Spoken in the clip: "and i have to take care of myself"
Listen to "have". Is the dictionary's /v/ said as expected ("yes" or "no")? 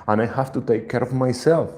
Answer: no